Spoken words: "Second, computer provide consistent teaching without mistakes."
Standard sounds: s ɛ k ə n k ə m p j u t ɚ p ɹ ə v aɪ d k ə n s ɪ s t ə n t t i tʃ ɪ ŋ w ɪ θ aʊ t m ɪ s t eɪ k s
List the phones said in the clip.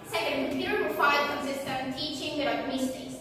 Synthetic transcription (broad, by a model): s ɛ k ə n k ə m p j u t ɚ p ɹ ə f aɪ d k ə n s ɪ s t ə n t t i tʃ ɪ ŋ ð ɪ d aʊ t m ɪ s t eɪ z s